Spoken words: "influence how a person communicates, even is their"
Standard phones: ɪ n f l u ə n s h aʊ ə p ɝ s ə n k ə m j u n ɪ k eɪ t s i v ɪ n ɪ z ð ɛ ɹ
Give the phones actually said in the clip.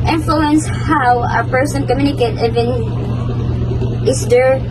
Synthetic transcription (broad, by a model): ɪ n f l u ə n s h aʊ ə p ɝ s ə n k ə m j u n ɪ k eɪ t i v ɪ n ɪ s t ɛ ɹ